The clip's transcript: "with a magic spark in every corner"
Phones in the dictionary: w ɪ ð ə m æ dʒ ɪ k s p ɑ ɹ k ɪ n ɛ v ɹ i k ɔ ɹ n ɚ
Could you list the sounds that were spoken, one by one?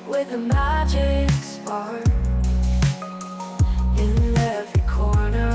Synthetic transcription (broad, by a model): w ɪ ð ə m æ dʒ ɪ k s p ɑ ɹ ɪ n ɛ v ɹ i k ɔ ɹ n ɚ